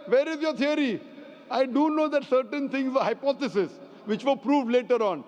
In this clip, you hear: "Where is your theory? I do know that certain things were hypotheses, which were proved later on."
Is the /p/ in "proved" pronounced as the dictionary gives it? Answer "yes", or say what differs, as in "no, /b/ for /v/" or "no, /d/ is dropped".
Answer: yes